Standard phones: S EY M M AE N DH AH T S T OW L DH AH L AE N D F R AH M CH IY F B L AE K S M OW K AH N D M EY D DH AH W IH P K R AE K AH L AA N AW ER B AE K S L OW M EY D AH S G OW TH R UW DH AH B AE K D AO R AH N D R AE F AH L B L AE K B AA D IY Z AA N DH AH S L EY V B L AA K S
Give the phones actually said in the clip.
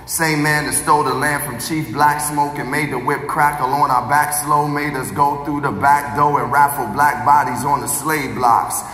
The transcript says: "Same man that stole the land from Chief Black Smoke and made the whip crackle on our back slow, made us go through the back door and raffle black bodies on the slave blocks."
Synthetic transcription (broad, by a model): S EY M M AE N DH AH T S T OW L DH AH L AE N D F R AH M CH IY F B L AE K S M OW K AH N M EY D DH AH W IH P K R AE K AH L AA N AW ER B AE K S L OW M EY D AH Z G OW TH R UW DH AH B AE K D AO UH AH N R AE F L B L AE K B AA D IY Z N DH AH S L EY V B L AA K S